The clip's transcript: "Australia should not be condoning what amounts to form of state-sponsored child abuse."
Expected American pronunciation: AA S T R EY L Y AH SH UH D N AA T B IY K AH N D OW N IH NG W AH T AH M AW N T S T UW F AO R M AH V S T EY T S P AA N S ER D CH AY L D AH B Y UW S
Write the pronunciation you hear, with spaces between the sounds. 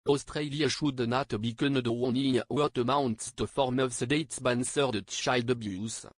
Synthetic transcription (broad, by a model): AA S T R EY L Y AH SH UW D N AA T B IY K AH N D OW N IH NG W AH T AH M AW N T S T UW F AO R M AH V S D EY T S B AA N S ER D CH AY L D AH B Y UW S